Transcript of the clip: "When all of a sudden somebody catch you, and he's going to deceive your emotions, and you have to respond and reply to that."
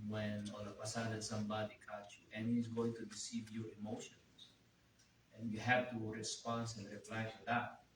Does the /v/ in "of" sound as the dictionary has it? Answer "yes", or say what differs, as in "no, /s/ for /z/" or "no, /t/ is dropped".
no, /p/ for /v/